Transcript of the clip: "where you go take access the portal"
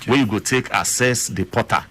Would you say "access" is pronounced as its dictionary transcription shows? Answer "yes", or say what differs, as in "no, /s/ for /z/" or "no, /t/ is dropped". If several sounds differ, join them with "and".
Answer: no, /k/ is dropped